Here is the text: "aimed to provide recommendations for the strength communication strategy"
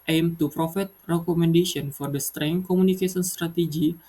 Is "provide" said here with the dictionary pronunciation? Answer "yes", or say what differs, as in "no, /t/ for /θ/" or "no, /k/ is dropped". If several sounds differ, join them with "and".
no, /f/ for /v/